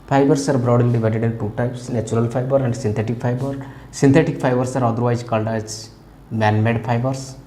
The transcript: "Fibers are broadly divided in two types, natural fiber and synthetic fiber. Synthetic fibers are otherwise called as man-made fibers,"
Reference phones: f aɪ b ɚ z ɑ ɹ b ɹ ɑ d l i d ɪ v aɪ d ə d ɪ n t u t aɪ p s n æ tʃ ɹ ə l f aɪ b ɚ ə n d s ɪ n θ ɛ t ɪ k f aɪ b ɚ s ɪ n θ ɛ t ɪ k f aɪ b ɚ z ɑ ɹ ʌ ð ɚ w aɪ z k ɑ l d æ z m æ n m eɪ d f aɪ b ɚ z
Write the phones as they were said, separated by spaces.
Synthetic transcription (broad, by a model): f aɪ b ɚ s ɑ ɹ b ɹ ɑ d l i d ɪ v aɪ d ə d ɪ n t u t aɪ p s n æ tʃ ɹ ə l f aɪ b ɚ ə n d s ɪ n t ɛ t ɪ k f aɪ b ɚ s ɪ n t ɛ t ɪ k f aɪ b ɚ s ɑ ɹ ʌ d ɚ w aɪ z k ɑ l d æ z m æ n m eɪ d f aɪ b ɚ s